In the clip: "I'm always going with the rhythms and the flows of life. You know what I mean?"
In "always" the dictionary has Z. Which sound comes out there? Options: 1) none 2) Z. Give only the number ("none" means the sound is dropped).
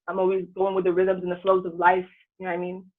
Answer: 2